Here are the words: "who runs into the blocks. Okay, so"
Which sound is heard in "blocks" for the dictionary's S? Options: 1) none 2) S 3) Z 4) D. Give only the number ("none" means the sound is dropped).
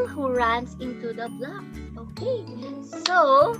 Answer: 1